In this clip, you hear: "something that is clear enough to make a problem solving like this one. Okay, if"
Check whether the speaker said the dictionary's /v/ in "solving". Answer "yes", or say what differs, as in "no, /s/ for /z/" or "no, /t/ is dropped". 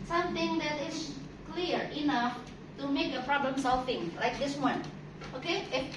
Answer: no, /f/ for /v/